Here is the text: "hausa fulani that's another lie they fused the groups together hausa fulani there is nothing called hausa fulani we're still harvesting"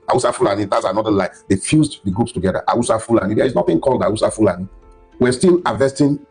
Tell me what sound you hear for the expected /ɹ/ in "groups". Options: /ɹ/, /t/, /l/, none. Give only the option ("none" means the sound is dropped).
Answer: none